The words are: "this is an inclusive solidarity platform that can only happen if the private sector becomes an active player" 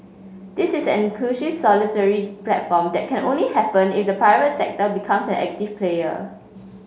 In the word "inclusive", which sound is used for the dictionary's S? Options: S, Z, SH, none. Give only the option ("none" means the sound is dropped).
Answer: SH